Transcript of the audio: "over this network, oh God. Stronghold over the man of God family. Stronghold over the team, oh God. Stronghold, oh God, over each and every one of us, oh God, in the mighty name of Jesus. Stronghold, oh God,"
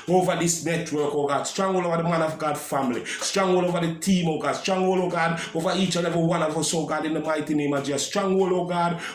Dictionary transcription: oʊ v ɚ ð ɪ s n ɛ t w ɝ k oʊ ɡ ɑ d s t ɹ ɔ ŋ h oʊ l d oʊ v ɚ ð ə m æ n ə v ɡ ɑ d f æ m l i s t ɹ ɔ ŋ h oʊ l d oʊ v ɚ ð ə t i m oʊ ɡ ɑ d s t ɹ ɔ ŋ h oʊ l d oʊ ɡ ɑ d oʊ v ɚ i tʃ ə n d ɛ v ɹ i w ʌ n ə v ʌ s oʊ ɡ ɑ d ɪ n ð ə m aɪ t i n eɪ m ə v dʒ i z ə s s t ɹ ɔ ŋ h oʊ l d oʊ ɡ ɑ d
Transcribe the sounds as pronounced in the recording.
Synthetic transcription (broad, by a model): oʊ v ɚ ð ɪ s n ɛ t w ɝ k oʊ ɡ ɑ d s t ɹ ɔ ŋ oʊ l oʊ v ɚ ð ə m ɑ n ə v ɡ ɑ d f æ m l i s t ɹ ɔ ŋ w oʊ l oʊ v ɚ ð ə t i m oʊ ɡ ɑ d s t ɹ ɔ ŋ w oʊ l oʊ ɡ ɑ d oʊ v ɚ i tʃ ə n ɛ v i w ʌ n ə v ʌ s oʊ ɡ ɑ d ɪ n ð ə m aɪ t i n eɪ m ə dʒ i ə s s t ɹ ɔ ŋ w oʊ l oʊ ɡ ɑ d